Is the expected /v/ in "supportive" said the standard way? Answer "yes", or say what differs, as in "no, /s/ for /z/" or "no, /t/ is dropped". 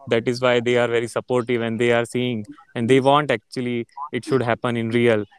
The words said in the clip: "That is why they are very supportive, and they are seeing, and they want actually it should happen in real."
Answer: yes